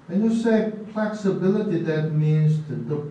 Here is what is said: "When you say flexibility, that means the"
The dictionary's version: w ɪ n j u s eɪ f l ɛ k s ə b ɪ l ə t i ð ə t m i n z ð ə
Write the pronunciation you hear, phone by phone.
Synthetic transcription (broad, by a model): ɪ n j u s eɪ p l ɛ k s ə b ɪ l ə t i ð ə t m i n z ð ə